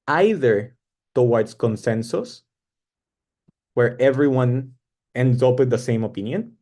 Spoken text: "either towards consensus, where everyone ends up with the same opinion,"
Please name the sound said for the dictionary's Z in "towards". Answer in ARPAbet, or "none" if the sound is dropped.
S